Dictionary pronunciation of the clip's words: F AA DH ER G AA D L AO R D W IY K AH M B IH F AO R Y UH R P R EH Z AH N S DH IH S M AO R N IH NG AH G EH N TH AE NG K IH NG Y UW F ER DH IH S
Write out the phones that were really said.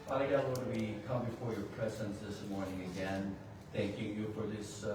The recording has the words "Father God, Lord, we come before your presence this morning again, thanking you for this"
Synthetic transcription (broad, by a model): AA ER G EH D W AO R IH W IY K AH M B IH F AO R Y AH R P R EH Z AH N S DH IH S M AO R N IH NG AH G EH N TH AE NG K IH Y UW F ER DH IH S